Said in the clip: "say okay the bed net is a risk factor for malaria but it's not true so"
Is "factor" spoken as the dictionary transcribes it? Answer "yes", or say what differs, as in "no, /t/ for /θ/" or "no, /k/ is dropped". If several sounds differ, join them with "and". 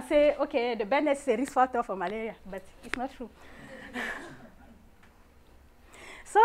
no, /k/ is dropped